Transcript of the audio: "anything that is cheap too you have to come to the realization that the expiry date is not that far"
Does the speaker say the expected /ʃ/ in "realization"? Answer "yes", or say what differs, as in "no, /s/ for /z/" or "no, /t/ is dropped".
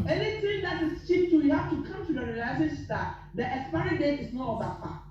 no, /ʃ/ is dropped